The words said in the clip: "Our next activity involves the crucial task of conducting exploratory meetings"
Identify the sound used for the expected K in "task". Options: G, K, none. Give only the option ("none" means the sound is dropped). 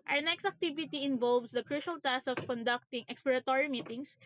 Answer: none